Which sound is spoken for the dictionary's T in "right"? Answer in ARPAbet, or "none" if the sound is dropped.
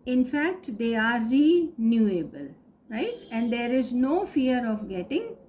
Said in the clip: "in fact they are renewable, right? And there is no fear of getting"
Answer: T